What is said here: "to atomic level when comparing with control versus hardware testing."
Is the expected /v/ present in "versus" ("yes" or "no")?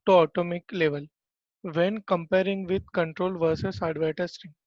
yes